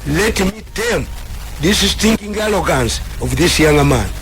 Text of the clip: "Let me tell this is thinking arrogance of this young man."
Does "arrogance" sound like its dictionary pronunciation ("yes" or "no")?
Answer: no